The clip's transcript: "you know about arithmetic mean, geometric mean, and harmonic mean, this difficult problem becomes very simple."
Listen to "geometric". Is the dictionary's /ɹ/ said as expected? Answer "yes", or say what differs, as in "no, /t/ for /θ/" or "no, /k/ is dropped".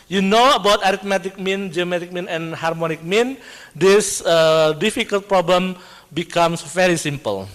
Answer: no, /ɹ/ is dropped